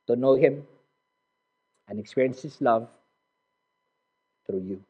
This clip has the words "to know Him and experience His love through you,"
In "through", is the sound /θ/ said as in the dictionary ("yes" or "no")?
no